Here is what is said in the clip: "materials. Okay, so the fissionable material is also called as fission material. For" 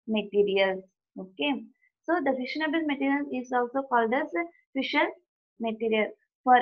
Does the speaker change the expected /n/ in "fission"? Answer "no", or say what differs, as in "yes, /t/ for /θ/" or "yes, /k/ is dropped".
yes, /l/ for /n/